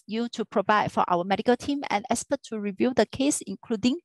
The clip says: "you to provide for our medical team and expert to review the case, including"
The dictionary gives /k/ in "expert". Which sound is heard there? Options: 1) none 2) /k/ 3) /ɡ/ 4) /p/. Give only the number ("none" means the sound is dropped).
1